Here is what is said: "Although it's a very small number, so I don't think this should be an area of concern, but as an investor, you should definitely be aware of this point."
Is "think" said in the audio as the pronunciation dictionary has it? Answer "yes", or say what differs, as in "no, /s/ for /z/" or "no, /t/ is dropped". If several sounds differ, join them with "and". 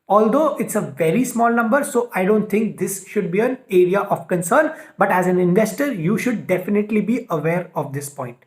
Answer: no, /t/ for /θ/